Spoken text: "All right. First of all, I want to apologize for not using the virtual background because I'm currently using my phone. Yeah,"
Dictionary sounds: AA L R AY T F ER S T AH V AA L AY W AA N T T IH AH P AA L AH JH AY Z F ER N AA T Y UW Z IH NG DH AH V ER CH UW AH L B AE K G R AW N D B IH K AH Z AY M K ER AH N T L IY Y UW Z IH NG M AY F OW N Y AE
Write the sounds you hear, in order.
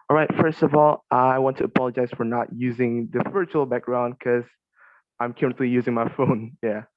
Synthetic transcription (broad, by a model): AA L R AY T F ER S T AH V AA L AY W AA N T T IH AH P AA L AH JH AY Z F ER N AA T Y UW Z IH NG DH AH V ER CH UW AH L B AE K G R AW N D K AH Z AY M K ER AH N T L IY Y UW Z IH NG M AY F OW N Y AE